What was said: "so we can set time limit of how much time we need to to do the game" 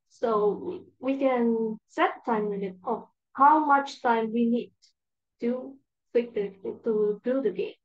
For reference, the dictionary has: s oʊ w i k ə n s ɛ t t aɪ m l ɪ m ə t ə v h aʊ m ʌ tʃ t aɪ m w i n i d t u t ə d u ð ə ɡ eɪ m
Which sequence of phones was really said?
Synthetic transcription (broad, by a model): s oʊ w i k ə n s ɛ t t aɪ m w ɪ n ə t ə h aʊ m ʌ tʃ t aɪ m w i n i d t u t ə d u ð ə ɡ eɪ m